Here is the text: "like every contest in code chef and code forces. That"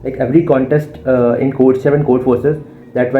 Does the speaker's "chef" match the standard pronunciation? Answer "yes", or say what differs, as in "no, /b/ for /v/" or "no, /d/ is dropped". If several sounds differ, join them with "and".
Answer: no, /s/ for /ʃ/